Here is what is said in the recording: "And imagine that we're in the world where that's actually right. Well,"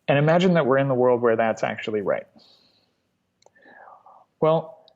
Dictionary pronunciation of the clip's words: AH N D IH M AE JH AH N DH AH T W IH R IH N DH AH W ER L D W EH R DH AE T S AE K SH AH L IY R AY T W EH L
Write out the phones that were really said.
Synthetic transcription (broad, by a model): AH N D IH M AE JH AH N DH AH T W IH R IH N DH AH W ER L D W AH R DH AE T S AE K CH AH L IY R AY T W EH L